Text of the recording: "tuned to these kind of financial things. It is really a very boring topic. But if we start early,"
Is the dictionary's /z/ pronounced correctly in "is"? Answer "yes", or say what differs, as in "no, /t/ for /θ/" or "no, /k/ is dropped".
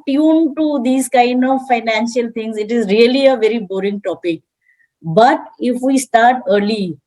yes